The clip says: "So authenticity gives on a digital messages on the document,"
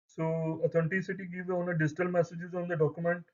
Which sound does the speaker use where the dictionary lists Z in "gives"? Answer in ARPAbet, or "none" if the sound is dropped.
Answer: none